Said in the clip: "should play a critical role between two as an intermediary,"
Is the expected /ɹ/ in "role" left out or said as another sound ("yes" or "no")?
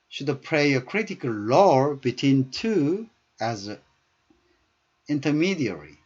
yes